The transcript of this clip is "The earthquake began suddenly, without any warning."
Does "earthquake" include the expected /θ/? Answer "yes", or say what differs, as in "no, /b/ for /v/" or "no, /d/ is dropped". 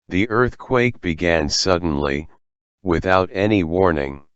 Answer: yes